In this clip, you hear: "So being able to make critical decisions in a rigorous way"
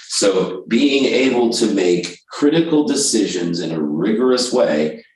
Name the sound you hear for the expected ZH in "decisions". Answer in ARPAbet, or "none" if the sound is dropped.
ZH